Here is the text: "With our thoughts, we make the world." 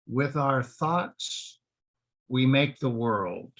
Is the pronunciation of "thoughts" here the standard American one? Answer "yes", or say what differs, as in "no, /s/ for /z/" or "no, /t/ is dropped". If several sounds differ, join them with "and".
yes